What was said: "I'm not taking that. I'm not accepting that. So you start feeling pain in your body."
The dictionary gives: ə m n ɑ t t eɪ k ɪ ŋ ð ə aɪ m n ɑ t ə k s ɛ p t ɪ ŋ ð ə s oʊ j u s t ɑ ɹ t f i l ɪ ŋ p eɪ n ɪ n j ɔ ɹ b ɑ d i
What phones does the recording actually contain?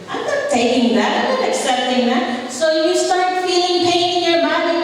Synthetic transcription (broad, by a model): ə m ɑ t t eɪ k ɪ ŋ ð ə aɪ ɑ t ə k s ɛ t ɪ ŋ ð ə s oʊ j u s t ɑ ɹ t f i l ɪ ŋ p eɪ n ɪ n j ɔ ɹ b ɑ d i